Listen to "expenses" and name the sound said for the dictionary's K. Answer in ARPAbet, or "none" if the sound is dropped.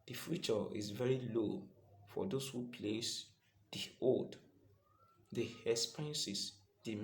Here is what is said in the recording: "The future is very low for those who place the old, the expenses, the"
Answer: none